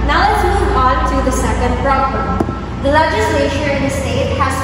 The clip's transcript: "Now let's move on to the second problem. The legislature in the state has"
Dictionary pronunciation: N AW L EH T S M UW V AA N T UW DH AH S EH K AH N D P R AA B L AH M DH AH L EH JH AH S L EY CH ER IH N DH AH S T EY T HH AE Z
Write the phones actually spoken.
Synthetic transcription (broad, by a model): N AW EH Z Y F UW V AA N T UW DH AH S EH K AH N D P R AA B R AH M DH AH L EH JH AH S L EY SH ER IH N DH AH S T EY T HH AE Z